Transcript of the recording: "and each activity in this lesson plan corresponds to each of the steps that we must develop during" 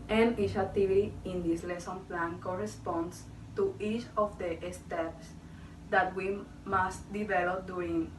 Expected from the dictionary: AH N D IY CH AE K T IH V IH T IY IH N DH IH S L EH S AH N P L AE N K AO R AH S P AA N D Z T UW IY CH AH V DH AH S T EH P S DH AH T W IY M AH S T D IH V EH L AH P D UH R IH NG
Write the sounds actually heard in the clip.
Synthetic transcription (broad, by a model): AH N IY SH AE T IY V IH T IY IH N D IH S L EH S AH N P L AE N K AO R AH S P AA N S T UW IY CH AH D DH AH S T EH P S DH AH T W IY M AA S T D IH V EH L AH P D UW R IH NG